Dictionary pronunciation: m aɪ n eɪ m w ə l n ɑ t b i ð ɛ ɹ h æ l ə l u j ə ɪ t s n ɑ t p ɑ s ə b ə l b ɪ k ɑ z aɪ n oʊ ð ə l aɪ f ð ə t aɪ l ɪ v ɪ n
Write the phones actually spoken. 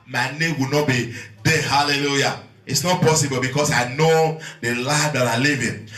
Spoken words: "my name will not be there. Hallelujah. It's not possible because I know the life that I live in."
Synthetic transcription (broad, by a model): m aɪ n eɪ m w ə n ɑ t b i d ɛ h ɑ l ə l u j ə ɪ t s n ɑ t p ɑ s ə b ə l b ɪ k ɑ s aɪ n oʊ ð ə l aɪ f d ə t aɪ l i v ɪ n